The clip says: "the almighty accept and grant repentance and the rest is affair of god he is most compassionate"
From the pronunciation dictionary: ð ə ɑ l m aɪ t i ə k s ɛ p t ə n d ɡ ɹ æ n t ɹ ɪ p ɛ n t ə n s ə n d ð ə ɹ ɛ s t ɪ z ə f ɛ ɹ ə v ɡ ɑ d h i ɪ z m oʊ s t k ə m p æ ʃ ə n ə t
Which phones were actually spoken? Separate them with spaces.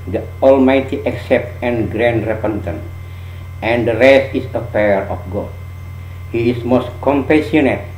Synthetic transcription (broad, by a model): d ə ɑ l m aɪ t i ə k s ɛ p t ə n ɡ ɹ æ n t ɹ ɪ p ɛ n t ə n ə n d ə ɹ ɛ s t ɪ s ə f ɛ ɹ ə f ɡ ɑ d h i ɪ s m oʊ s t k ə m p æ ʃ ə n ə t